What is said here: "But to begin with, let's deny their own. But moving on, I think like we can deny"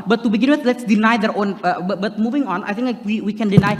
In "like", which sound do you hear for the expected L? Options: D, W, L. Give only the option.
W